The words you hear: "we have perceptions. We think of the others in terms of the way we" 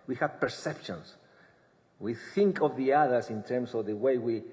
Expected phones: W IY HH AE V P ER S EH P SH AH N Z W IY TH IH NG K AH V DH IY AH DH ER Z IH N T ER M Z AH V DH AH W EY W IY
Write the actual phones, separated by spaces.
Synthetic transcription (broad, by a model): W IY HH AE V P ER S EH P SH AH N S W IY TH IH NG K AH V DH IY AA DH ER S IH N T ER M S AH V DH AH W EY W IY